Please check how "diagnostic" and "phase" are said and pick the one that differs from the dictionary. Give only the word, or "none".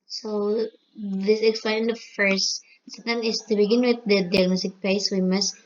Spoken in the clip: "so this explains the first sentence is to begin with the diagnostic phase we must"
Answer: phase